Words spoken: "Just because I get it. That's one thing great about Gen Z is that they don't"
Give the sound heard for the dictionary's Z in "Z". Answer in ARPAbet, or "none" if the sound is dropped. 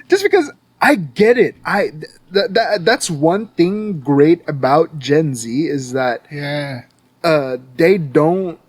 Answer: Z